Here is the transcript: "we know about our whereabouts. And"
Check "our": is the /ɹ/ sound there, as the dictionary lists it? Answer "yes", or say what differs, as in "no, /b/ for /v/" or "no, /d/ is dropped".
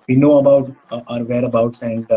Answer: yes